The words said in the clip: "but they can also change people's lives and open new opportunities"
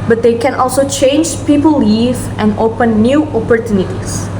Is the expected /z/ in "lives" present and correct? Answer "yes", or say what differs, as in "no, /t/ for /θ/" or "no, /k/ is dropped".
no, /z/ is dropped